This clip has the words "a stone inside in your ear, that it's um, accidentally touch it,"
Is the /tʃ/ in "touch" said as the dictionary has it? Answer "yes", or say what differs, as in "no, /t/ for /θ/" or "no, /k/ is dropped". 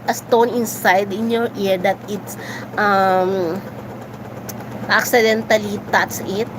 no, /s/ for /tʃ/